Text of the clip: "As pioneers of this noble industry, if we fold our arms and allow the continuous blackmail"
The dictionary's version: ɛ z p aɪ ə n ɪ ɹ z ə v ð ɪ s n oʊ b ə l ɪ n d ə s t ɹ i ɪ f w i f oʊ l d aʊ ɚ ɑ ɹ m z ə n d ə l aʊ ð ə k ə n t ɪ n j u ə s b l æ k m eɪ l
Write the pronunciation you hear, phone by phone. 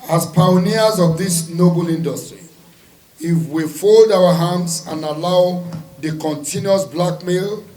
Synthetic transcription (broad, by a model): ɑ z p aɪ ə n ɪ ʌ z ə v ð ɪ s n oʊ b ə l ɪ n d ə s t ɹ i ɪ f w i f oʊ l d aʊ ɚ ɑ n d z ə n ə l aʊ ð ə k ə n t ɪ n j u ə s b l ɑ k m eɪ l